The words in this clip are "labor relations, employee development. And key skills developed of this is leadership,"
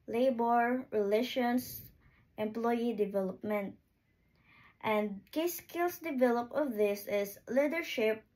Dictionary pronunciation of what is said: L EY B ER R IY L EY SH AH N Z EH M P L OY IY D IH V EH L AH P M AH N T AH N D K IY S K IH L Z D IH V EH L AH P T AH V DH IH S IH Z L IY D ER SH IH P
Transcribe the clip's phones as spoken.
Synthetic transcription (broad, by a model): L EY B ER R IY L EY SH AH N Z EH M P L OY IY D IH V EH L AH P M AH N T AH N D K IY S K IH L S D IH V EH L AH P AH V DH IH S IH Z L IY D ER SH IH P